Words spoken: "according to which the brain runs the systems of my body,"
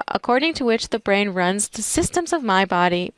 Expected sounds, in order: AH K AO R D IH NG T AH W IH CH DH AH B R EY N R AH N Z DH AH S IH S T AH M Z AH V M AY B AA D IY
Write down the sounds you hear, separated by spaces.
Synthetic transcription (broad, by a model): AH K AO R D IH NG T AH W IH CH DH AH B R EY N R AH N Z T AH S IH S T AH M Z AH V M AY B AA D IY